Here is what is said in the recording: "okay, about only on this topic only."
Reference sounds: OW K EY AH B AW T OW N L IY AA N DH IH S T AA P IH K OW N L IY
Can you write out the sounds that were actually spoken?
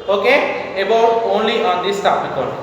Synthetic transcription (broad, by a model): OW K EY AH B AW OW N L IY AA N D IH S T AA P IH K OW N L